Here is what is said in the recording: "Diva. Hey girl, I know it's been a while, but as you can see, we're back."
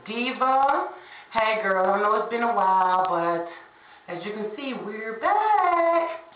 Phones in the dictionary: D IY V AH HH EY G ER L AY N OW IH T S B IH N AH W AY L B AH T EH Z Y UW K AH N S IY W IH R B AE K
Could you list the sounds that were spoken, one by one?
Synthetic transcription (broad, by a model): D IY V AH HH EY G ER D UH N OW IH T S B IH N AH W AY L B AH T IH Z Y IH K AH N S IY W IH R B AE K